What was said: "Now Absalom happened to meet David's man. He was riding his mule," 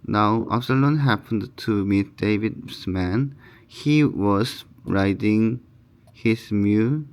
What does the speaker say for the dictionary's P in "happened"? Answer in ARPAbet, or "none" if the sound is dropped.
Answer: P